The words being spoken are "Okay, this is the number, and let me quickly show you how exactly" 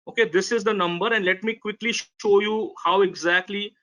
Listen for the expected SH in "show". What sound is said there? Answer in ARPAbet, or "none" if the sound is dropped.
SH